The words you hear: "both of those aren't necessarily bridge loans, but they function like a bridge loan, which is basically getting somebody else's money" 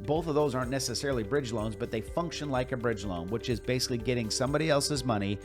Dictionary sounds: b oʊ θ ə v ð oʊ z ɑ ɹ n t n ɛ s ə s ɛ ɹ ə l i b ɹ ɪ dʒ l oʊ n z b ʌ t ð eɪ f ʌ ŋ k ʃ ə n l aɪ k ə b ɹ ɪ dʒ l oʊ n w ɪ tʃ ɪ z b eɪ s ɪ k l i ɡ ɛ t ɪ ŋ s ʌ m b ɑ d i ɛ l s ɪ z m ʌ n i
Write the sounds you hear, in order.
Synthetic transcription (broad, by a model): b oʊ θ ə v ð oʊ z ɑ ɹ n n ɛ s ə s ɛ ɹ l i b ɹ ɪ dʒ l oʊ n z b ʌ t ð eɪ f ʌ ŋ k ʃ ə n l aɪ k ə b ɹ ɪ dʒ l oʊ n w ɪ tʃ ɪ z b eɪ s ɪ k l i ɡ ɛ t ɪ ŋ s ʌ m b ɑ d i ɛ l s ɪ z m ʌ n i